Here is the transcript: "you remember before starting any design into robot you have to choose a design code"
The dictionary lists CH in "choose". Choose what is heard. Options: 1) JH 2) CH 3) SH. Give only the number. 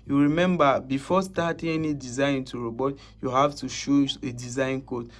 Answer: 3